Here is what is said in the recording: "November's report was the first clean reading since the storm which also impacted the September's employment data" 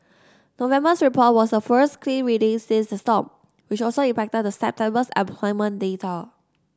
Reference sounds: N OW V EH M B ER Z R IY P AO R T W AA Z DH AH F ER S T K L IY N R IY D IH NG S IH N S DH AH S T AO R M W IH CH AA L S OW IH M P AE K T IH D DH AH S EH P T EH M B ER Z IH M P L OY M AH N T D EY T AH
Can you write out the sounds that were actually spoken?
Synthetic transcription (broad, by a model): N OW V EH M B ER S R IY P AO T W AA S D AH F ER S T K L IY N R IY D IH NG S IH S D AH S T AO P W IH CH AA L S OW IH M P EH K T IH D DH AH S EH P T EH M B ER S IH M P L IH M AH N D EY T AH